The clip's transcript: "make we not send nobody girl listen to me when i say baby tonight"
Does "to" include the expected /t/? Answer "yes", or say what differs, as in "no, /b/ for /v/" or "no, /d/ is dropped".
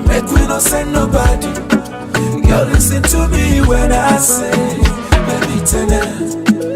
yes